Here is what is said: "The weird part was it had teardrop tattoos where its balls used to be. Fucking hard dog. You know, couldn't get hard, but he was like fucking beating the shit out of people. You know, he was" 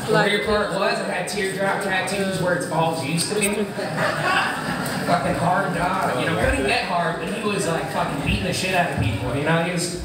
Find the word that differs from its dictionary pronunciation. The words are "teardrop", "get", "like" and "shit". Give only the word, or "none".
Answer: none